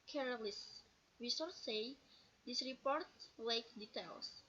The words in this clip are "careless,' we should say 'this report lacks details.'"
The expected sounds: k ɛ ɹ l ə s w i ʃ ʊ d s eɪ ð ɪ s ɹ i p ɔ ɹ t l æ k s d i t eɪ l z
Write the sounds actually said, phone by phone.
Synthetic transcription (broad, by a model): k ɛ ɹ l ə s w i s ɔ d s eɪ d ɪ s ɹ i p ɔ ɹ t l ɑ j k d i t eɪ l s